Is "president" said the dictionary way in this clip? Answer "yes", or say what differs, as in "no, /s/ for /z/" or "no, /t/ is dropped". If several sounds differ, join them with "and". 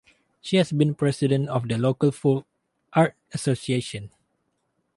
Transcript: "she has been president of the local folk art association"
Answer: no, /s/ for /z/